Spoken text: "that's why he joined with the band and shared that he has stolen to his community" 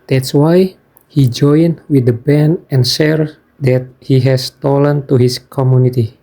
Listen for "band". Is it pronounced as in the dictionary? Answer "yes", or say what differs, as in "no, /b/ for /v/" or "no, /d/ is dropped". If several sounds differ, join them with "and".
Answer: no, /d/ is dropped